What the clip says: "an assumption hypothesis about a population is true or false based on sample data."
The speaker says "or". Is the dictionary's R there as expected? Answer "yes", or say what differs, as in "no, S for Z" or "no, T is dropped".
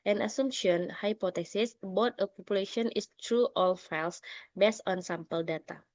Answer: no, L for R